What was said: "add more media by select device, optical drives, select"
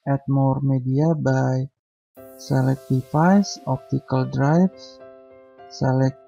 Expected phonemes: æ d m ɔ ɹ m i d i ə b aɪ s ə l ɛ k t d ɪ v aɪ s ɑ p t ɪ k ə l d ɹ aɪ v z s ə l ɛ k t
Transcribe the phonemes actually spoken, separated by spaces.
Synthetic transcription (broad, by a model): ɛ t m ɔ ɹ m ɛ d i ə b aɪ s ə l ɛ k t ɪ f aɪ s ɑ p t ɪ k ə l d ɹ aɪ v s s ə l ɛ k